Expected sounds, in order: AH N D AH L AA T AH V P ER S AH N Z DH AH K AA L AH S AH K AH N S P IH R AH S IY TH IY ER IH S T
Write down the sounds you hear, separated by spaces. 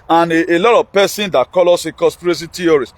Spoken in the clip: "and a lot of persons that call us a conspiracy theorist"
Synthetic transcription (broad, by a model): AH N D AH L AA T AH V P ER S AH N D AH K AA L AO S AH K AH S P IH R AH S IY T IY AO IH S